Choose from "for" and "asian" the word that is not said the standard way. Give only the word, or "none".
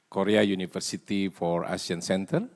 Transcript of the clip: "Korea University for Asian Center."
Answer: asian